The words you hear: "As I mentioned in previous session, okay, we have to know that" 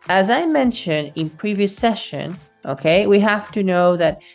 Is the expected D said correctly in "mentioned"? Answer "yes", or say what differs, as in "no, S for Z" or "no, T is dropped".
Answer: yes